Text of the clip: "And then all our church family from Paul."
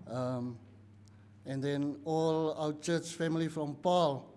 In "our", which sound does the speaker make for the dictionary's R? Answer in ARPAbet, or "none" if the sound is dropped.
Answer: W